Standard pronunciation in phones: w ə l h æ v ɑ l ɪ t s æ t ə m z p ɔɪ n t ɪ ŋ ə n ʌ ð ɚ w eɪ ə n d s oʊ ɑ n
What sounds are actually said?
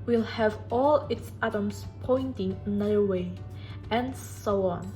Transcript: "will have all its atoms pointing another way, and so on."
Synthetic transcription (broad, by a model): w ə l h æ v ɑ l ɪ t s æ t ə m s p ɔɪ n t ɪ ŋ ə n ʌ ɚ w eɪ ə n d s oʊ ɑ n